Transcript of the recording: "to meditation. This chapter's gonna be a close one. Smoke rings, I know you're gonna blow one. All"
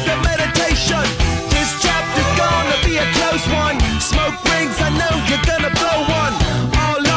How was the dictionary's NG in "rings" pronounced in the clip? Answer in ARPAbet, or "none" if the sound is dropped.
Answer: NG